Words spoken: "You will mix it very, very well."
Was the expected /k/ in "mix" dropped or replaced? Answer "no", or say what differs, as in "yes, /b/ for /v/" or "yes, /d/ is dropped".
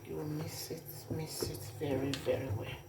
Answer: yes, /k/ is dropped